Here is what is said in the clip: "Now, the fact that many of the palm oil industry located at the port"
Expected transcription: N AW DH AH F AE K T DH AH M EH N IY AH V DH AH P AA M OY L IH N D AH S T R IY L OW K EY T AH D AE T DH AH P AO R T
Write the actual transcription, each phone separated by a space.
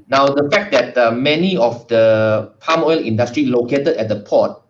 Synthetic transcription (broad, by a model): N AW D AH F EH K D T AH M EH N IY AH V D AH P AA M OY L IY N D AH S T R IY L OW K EY T AH D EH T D AH P AO T